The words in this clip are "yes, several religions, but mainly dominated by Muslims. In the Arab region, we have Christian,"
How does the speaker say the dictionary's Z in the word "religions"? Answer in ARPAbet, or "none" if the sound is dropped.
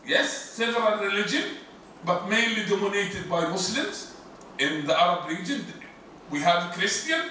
none